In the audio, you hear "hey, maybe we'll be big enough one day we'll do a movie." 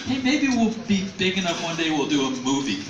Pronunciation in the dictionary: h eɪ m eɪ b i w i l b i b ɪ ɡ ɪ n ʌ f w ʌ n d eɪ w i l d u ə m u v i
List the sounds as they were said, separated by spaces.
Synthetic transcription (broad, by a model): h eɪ m eɪ b i w i l b i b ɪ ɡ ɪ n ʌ p w ʌ n d eɪ w i l d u ə m u v i